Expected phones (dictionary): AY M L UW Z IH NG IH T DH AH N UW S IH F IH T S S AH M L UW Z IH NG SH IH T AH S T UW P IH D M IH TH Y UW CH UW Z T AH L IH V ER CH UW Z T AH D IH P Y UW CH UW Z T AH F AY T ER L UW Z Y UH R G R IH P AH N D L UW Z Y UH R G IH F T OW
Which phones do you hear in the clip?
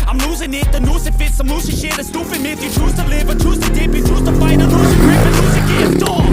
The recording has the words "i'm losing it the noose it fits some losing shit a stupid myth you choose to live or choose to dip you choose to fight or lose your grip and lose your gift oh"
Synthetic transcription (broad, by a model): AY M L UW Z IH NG IH T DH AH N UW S IH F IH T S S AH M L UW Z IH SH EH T AH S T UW F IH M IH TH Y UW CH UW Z T AH L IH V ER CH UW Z T AH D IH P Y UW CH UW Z T AH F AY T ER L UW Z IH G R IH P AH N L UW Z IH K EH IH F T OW